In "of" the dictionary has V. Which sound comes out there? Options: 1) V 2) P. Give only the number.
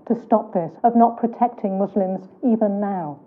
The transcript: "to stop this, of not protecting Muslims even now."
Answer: 1